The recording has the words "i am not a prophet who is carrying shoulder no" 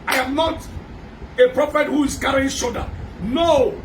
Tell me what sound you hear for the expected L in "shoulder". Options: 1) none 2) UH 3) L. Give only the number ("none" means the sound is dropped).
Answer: 1